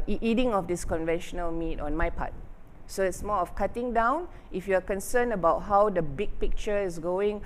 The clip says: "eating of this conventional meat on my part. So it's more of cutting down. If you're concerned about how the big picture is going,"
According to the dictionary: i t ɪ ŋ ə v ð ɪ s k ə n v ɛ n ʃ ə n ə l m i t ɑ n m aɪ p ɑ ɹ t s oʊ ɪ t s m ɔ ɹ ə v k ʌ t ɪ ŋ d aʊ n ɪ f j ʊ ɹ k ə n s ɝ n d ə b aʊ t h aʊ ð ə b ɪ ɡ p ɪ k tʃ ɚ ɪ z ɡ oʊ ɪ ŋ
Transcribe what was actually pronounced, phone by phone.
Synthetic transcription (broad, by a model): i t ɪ ŋ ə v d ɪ s k ə n v ɛ n ʃ ə n ə l m i t ɑ n m aɪ p ɑ t s oʊ ɪ t s m ɔ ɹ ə f k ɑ t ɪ ŋ d aʊ n ɪ f j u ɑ k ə n s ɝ n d ə b aʊ t h aʊ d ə b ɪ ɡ p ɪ k tʃ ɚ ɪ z ɡ oʊ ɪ ŋ